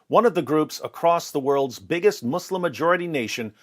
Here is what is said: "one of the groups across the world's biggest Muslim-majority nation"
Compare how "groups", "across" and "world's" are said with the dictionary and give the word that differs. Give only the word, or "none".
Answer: none